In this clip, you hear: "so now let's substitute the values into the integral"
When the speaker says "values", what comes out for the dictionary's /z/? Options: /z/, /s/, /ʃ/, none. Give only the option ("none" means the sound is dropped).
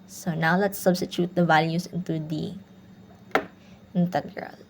/s/